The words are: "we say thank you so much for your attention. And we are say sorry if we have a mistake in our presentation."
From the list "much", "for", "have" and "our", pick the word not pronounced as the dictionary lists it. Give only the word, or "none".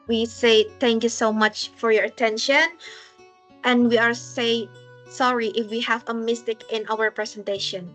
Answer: none